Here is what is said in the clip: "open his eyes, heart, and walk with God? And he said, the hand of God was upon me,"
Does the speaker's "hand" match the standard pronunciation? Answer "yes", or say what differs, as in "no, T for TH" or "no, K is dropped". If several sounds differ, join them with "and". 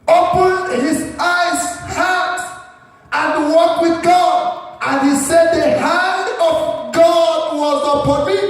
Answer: yes